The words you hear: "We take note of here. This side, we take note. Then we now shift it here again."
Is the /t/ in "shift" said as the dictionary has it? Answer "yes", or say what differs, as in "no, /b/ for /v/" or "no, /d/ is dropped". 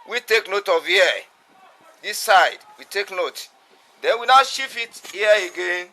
no, /t/ is dropped